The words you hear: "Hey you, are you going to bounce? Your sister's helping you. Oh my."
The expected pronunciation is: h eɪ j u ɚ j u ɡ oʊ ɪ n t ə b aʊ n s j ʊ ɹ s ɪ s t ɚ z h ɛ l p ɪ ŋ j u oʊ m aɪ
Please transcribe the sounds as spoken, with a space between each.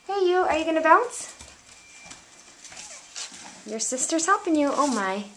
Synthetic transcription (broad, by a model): h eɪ j u ɚ j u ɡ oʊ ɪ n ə b aʊ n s j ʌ ɹ s ɪ s t ɚ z h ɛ p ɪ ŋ j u oʊ m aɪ